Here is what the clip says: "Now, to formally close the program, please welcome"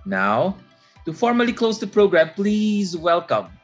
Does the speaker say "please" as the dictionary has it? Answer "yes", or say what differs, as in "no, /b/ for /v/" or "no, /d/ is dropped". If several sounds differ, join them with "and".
yes